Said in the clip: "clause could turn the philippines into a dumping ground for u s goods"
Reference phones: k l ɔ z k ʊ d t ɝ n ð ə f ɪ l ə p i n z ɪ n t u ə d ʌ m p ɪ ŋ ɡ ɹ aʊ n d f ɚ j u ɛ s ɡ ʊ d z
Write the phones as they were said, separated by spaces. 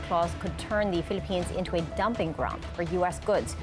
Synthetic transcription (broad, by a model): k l ɔ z k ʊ d t ɝ n ð ə f ɪ l ə p i n z ɪ n t u ə d ʌ m p ɪ ŋ ɡ ɹ aʊ n d f ɚ j u ɛ s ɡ ʊ d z